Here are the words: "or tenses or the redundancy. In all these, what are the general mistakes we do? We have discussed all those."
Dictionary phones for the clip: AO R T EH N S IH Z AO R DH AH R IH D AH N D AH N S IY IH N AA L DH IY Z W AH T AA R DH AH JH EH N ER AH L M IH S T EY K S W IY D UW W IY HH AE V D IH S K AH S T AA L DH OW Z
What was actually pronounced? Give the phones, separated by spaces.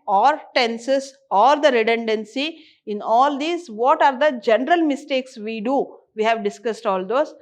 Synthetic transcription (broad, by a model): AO R T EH N S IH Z AO R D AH R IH D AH N D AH N S IY IH N AA L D IY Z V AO T AA R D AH JH EH N ER AH L M IH S T EY K S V IY D UW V IY HH AE V D IH S K AH S T AA L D OW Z